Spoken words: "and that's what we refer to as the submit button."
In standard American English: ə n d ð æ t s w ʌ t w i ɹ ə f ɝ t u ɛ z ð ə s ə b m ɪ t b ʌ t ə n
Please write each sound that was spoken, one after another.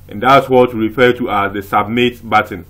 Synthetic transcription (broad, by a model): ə n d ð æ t s w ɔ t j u ɹ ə f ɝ t u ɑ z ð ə s ə b m ɪ t b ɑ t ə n